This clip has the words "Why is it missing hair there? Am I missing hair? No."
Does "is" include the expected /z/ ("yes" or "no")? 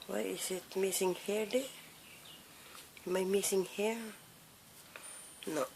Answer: no